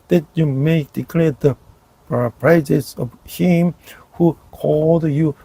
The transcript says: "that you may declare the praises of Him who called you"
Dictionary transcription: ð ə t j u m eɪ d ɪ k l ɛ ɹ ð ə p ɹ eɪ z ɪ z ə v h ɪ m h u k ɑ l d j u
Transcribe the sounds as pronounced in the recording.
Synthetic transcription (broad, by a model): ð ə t j u m eɪ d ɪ k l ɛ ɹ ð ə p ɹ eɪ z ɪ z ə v h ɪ m h u k ɑ l d j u